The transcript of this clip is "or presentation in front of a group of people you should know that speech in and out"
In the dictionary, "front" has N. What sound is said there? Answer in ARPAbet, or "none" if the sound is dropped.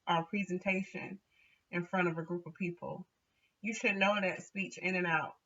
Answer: none